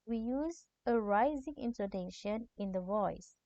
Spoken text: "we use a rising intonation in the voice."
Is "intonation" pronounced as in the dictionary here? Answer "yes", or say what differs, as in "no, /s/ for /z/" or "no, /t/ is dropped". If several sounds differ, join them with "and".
no, /s/ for /t/